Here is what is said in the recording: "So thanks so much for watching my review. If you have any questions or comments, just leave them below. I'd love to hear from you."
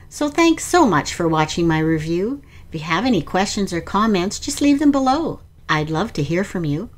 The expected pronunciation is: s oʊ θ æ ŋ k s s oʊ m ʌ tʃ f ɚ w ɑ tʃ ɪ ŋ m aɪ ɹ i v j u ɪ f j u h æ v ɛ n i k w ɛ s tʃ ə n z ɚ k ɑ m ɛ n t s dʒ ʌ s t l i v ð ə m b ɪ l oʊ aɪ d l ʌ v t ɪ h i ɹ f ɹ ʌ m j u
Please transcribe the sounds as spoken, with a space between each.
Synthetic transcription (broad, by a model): s oʊ θ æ ŋ k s s oʊ m ʌ tʃ f ɚ w ɑ tʃ ɪ ŋ m aɪ ɹ i v j u ɪ f j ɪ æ v ɛ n i k w ɛ s tʃ ə n z ɚ k ɑ m ɛ n t s dʒ ʌ s t l i v ð ə m b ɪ l oʊ aɪ d l ʌ v t ɪ h i ɹ f ɹ ʌ m j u